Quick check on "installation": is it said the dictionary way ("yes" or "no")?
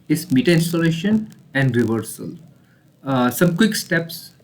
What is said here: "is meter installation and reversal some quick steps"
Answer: yes